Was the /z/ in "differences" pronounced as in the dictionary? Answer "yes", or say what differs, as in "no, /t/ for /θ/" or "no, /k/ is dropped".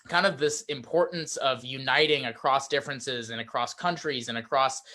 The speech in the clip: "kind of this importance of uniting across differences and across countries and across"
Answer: yes